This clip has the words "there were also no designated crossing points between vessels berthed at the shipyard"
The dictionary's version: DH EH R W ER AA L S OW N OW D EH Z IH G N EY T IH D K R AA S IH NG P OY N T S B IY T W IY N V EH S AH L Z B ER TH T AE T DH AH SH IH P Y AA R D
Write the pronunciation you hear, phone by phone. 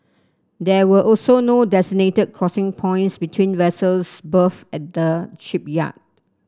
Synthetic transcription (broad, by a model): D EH W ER AA L S OW N OW D EH S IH N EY T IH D K R AA S IH NG P OY N T S B IY T W IY N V EH S AH L S B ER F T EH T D AH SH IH P Y AA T